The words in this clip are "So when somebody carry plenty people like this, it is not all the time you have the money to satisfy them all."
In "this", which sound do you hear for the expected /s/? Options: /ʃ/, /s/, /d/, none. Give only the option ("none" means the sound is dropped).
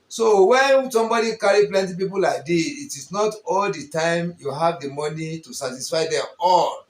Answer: none